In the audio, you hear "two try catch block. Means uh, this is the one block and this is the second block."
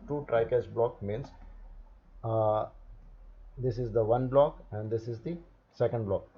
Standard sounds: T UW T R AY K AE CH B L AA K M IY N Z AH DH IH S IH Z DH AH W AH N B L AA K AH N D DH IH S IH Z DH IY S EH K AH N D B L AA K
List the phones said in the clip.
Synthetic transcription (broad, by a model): T UW T R AY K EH S B L AA K M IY N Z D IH S IH Z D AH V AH N B L AA K AH N D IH S IH Z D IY S EH K AH N D B L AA K